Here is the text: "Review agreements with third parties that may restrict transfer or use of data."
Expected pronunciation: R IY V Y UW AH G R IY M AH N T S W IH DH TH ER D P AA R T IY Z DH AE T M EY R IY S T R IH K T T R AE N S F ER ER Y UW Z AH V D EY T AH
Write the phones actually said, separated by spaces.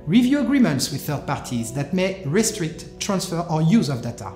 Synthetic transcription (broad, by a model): R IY V Y UW AH G R IY M AH N T S W IH DH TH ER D P AA R T IY Z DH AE T M EY R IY S T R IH K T T R AE N S F ER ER Y UW Z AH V D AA T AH